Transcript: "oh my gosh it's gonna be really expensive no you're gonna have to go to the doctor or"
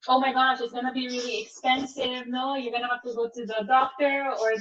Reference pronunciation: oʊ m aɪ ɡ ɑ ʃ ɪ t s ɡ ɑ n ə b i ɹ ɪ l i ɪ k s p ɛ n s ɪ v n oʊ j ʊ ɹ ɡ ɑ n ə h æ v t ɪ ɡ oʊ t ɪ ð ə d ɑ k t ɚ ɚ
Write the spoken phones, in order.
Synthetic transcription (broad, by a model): oʊ m aɪ ɡ ɑ ʃ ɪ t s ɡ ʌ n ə b i ɹ ɪ l i ɪ k s p ɛ n s ɪ v n oʊ j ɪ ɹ ɡ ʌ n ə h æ f t ɪ ɡ oʊ t ɪ ð ə d ɑ k t ɚ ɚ